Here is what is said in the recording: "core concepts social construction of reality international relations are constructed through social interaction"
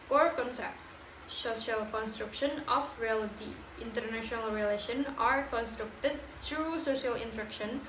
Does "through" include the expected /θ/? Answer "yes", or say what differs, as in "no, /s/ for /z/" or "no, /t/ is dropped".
no, /t/ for /θ/